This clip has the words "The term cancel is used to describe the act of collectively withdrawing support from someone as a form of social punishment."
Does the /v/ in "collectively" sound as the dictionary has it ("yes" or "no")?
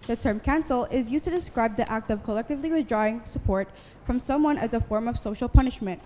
yes